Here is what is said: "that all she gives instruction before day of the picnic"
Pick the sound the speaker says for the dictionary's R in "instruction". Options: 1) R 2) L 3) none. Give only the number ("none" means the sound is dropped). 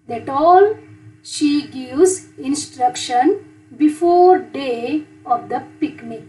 1